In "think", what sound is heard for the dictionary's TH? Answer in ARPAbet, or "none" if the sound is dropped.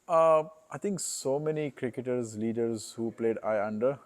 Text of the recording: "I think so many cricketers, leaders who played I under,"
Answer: T